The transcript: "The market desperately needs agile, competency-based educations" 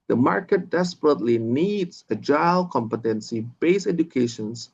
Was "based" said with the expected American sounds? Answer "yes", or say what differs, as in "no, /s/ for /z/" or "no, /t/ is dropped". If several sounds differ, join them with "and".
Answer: no, /t/ is dropped